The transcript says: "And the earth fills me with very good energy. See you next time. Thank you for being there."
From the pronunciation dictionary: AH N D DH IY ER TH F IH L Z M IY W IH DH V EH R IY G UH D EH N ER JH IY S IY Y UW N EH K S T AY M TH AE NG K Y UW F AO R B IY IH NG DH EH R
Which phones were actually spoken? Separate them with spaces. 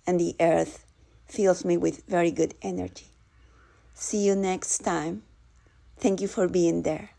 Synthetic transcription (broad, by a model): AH N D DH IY ER TH F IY L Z M IY W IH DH V EH R IY G UH D EH N ER JH IY S IY Y UW N EH K S T AY M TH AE NG K Y UW F AO R B IY IH NG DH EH R